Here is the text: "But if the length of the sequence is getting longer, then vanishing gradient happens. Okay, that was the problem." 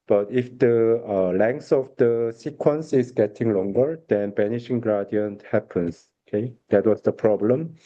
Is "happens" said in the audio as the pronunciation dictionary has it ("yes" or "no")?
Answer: no